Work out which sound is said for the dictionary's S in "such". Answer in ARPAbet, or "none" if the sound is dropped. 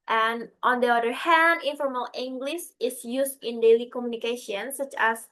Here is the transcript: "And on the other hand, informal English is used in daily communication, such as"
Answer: S